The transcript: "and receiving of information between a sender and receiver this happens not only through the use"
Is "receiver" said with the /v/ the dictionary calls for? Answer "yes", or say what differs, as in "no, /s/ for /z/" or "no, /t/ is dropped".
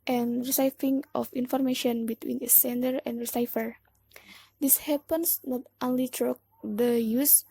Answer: no, /f/ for /v/